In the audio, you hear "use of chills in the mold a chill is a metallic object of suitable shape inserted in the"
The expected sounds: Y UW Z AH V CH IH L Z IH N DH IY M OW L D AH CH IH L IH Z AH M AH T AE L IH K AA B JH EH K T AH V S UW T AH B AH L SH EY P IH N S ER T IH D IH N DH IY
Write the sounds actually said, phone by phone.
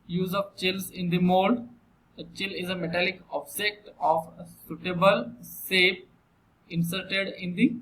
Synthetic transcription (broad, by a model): Y UW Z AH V CH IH L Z IH N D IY M OW L D AH CH IH L IH Z AH M AH T AE L IH K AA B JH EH K T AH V S UW T AH B AH L S EY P IH N S ER T IH D IH N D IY